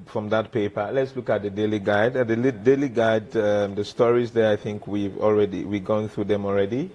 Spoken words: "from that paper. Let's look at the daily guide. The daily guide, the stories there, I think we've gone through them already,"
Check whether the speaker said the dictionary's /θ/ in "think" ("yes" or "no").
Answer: yes